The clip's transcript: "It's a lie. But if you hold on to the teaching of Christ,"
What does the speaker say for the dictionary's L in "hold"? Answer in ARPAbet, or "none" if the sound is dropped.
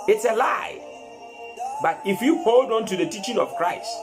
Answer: L